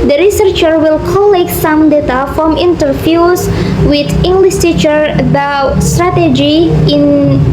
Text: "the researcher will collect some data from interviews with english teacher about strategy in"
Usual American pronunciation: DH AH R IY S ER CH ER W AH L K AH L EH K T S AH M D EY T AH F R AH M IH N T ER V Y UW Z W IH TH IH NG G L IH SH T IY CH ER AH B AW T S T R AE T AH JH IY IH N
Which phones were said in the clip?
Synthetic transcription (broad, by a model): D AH R IY S ER CH ER W AH L K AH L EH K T S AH M D EY T AH F R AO M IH N T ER F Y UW S W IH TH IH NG G L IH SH T IY CH ER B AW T S T R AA T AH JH IY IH N